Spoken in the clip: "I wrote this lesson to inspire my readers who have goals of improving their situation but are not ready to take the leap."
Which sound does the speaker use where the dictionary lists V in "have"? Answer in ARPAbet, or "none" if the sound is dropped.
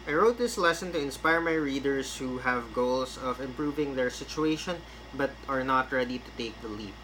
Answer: V